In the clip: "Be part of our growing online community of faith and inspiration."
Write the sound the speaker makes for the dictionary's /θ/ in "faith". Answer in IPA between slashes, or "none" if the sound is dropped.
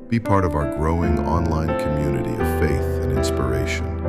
/θ/